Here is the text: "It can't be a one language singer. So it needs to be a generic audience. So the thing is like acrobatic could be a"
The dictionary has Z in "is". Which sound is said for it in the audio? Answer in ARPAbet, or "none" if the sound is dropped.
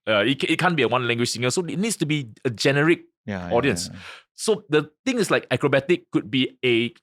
S